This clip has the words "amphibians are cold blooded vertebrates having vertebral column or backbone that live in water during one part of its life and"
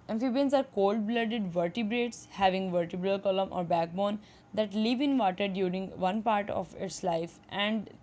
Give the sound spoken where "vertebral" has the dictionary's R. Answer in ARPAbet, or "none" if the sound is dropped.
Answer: R